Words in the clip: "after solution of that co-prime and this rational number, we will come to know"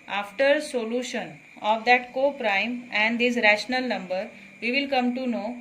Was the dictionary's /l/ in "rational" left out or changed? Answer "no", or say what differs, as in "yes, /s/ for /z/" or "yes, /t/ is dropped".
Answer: no